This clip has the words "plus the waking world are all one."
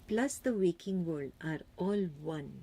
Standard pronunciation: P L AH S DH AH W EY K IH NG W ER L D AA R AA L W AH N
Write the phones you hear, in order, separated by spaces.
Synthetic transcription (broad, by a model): P L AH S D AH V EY K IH NG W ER D AA R AA L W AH N